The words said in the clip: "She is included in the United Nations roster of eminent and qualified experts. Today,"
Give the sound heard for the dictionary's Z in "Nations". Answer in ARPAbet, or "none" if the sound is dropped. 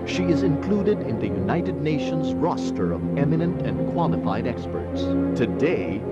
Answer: Z